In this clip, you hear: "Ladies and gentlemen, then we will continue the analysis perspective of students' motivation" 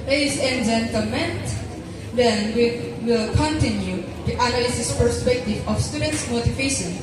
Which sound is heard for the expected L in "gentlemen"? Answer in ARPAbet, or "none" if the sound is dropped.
none